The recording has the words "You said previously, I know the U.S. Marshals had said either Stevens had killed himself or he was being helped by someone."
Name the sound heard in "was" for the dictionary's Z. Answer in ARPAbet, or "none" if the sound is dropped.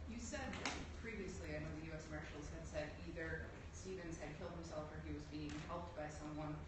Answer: Z